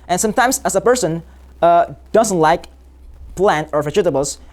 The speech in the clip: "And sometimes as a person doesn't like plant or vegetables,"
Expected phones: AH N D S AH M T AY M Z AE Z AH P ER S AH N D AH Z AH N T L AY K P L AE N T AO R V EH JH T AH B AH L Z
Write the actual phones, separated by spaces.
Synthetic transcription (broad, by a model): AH N S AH M T AY M S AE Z AH P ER S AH N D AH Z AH N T L AY K P L AE N T AO R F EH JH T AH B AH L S